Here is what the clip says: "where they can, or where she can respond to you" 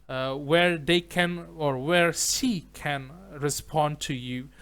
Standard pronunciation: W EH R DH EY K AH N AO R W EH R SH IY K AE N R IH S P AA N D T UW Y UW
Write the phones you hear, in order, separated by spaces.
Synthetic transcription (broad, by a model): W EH R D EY K AH N AO R W EH R S IY K AE N R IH S P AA N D T UW Y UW